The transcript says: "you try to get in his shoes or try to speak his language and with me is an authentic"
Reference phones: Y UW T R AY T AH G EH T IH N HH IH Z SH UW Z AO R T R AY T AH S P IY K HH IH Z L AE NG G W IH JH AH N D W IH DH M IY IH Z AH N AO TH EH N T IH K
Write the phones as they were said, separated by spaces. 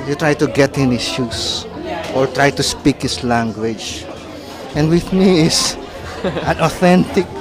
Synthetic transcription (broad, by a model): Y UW T R AY T AH G EH T IH N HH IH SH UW S AO R T R AY T AH S P IY K HH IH S L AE NG G W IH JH AH N D W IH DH M IY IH S AH N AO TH EH N T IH K